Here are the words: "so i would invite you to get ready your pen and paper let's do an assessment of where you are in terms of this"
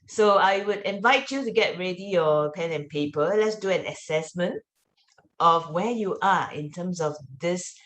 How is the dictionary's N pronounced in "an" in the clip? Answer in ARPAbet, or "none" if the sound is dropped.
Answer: N